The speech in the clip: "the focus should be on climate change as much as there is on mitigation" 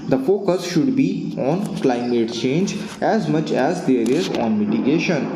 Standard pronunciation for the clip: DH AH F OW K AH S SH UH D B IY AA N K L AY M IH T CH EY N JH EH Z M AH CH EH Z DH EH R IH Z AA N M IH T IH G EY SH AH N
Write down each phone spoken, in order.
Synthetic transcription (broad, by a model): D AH F OW K AH S SH UH D B IY AA N K L AY M IH T CH EY N JH EH Z M AH CH EH Z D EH R IH Z AA N M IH T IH G EY SH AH N